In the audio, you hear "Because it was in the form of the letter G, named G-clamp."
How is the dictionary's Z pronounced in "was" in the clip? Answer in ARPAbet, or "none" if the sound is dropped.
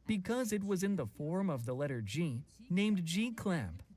Z